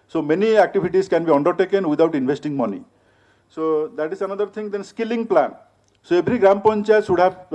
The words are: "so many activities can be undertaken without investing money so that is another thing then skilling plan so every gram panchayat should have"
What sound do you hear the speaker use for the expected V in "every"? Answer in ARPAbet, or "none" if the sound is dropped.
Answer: B